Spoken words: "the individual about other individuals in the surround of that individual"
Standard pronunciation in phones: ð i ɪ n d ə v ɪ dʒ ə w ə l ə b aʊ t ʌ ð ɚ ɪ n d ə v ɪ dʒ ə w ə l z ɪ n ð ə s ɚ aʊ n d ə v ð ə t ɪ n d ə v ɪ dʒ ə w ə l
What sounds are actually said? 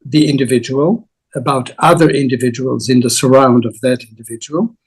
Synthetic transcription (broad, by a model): ð i ɪ n d ə v ɪ dʒ ə w ə l ə b aʊ t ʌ ð ɚ ɪ n d ə v ɪ dʒ ə w ə l z ɪ n ð ə s ɚ aʊ n d ə v ð ə t ɪ n d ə v ɪ dʒ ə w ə l